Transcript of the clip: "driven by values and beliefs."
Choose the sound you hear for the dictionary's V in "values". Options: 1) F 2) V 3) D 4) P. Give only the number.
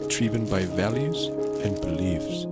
2